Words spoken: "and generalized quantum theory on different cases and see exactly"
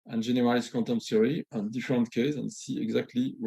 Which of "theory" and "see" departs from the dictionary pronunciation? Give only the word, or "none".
theory